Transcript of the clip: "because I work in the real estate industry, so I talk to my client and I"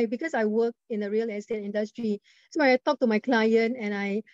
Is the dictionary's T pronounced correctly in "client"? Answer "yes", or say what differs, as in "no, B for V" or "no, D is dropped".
yes